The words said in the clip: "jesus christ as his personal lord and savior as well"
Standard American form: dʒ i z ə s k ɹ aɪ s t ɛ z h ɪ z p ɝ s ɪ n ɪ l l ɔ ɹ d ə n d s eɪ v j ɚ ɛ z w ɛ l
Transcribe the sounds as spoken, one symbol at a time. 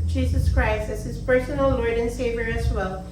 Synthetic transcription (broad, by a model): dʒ i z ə s k ɹ aɪ s t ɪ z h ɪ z p ɝ s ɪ n l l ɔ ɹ d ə n s eɪ v j ɚ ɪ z w ɛ l